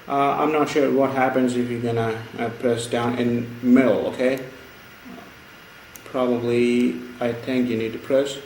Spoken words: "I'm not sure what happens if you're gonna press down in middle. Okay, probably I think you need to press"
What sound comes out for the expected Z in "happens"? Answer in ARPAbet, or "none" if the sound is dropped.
Z